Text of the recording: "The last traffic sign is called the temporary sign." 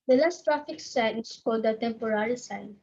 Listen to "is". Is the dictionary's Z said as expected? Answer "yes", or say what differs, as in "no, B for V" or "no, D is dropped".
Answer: no, S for Z